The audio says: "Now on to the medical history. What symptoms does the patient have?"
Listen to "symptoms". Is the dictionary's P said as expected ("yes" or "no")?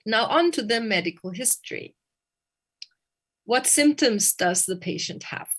yes